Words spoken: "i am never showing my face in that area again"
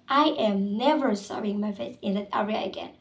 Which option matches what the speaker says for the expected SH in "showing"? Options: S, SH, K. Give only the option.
S